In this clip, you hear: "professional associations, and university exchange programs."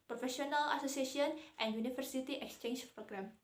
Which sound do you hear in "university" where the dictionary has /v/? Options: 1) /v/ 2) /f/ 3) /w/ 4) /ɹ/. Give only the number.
2